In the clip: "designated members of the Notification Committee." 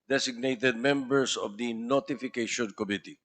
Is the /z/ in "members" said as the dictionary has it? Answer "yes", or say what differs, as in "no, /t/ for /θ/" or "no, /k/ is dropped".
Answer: no, /s/ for /z/